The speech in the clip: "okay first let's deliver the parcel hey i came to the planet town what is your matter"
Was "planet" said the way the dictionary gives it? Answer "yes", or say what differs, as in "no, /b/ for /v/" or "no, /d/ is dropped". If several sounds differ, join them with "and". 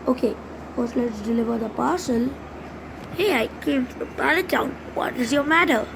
no, /l/ is dropped and /l/ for /n/